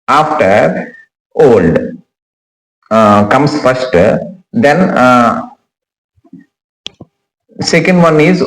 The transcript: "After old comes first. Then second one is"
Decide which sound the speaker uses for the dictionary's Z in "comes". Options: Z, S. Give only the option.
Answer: S